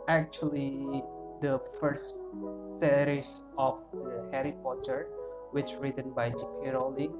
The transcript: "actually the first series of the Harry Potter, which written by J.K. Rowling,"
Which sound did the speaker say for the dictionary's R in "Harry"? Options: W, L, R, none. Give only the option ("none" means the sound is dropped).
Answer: R